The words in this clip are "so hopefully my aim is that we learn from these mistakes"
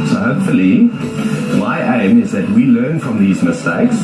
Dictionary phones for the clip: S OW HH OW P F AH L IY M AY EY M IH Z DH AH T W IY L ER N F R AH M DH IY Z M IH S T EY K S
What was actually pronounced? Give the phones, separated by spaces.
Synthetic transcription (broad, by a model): S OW HH OW P F AH L IY M AY EY M IH Z DH AH T W IY L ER N F R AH M DH IY Z M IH S T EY K S